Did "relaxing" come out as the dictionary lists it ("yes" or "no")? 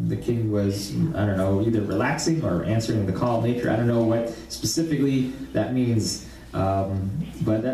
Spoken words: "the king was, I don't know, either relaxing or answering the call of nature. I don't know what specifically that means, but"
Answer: yes